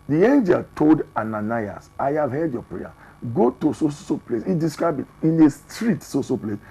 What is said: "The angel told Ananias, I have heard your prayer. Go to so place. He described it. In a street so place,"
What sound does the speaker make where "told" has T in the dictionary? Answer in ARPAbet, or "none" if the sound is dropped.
T